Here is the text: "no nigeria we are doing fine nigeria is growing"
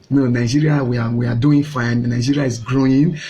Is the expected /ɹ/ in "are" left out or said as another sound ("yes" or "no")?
yes